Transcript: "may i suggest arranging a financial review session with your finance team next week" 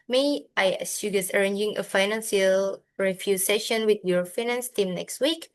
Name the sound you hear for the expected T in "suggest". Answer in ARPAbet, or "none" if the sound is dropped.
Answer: none